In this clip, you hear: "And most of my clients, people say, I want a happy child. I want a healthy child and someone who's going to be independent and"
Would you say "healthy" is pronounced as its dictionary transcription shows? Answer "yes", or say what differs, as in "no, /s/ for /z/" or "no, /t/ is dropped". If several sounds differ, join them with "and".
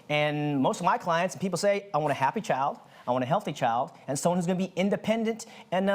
yes